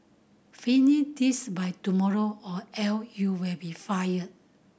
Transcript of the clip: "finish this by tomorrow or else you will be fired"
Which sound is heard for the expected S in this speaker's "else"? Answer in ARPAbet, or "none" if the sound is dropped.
none